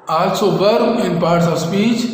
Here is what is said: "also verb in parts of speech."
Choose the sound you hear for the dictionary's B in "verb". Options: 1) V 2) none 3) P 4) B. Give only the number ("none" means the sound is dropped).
2